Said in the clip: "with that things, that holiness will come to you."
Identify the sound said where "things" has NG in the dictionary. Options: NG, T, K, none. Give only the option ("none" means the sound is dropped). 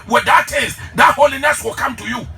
none